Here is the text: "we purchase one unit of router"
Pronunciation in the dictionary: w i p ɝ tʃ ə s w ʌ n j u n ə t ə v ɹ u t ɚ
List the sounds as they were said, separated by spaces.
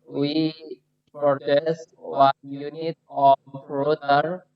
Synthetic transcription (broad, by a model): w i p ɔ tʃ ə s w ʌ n j u n ə t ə p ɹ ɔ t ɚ